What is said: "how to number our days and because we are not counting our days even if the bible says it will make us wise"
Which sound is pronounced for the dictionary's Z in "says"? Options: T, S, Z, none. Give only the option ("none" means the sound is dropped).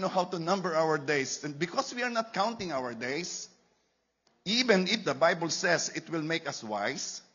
S